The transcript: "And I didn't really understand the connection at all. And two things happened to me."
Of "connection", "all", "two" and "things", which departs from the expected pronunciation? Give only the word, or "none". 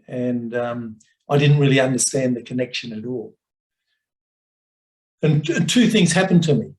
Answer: none